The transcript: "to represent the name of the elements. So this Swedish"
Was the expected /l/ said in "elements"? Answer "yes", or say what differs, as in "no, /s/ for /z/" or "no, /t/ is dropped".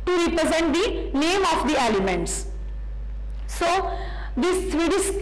yes